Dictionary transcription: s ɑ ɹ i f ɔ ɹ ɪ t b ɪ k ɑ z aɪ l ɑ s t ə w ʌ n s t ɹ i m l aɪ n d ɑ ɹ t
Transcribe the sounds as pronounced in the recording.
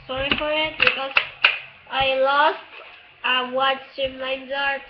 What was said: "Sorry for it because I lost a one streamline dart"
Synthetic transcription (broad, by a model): s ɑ ɹ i f ɔ ɹ ɪ t b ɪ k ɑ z aɪ l ɑ s t ə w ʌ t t i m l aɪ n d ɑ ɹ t